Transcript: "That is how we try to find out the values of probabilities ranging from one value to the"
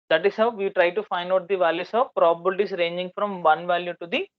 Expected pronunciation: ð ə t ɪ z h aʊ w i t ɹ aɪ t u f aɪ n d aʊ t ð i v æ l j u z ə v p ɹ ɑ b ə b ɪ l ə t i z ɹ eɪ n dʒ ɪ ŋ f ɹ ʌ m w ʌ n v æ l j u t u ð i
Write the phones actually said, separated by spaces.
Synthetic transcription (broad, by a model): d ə t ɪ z h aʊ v i t ɹ aɪ t u f aɪ n d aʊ t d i v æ l j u s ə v p ɹ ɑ b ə b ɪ l t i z ɹ eɪ n dʒ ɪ ŋ f ɹ ʌ m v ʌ n v æ l j u t u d i